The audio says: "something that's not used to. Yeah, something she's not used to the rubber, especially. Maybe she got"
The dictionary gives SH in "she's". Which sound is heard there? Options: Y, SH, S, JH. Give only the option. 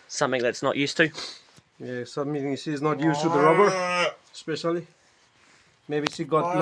S